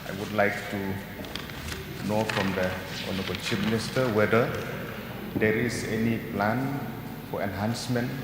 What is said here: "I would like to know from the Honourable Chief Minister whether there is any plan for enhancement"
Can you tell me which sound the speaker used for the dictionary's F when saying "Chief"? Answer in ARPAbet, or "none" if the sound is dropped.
P